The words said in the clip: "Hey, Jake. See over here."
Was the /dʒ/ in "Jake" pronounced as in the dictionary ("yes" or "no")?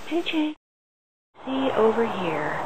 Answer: no